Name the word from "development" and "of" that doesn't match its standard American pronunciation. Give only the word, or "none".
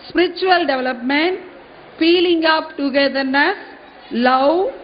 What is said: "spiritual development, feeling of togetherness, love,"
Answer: of